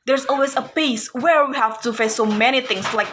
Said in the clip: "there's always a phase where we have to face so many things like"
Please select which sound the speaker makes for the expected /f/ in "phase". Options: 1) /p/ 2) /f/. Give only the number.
1